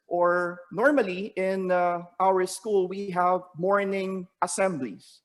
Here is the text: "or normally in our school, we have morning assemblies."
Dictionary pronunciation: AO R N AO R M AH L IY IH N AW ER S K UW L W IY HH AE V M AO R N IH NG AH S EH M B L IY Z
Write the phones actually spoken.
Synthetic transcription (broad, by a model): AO R N AO R M AH L IY IH N AW ER S K UW L W IY HH AE V M AO R N IH NG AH S EH M B L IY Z